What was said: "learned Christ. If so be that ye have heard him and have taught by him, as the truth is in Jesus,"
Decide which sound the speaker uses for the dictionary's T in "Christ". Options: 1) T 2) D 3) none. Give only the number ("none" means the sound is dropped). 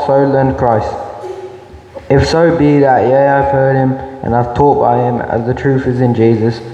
1